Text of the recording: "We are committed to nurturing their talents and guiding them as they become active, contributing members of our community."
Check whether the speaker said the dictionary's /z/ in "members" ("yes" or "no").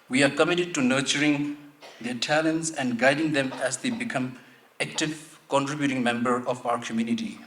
no